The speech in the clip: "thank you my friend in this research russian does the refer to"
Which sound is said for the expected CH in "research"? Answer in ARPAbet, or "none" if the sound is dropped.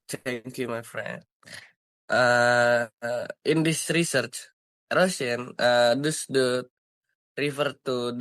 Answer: CH